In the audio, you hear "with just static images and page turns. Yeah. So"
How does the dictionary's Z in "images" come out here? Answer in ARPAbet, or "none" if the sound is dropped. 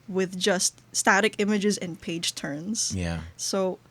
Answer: Z